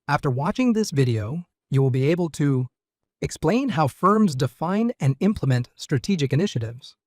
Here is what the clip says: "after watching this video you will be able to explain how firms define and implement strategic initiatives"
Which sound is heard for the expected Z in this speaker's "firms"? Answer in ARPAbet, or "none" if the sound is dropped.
Z